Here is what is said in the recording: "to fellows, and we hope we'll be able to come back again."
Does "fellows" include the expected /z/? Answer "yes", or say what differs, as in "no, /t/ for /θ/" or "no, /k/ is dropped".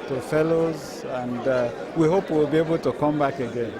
yes